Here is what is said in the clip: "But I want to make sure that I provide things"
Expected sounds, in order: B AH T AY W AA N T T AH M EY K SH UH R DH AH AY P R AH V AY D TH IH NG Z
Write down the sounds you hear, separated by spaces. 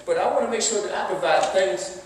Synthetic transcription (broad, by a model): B AH T AY W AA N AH M EY K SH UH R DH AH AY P AH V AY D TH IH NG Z